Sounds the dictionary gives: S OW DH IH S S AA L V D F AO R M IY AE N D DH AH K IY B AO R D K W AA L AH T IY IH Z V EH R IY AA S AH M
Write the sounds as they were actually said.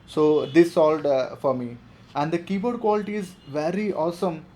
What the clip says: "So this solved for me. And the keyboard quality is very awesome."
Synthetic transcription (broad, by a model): S OW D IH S S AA L D F AO R M IY AE N D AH K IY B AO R D K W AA L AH T IY IH Z V EH R IY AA S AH M